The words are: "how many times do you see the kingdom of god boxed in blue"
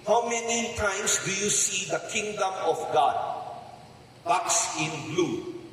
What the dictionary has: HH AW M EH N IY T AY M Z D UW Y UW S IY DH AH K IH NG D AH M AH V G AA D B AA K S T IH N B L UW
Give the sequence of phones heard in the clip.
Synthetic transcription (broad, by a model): HH AW M EH N IY T AY M S D UW Y UW S IY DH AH K IH NG D AH M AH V G AA D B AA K S IH N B L UW